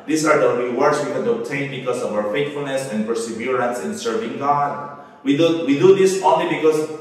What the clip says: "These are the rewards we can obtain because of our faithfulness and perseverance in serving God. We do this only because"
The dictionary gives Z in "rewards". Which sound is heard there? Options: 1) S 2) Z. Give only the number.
1